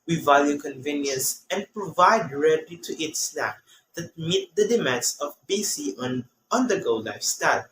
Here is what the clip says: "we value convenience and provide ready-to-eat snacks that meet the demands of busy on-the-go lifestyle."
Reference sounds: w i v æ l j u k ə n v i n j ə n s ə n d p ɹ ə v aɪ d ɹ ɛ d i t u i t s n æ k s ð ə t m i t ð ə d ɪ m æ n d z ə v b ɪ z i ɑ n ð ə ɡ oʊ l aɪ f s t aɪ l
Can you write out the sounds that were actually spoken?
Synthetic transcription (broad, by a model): w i v æ l j u k ə n v i n j ə n s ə n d p ɹ ə v aɪ d ɹ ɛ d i t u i t s l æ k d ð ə t m i t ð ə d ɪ m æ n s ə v b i s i ɑ n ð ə ɡ oʊ l aɪ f s t aɪ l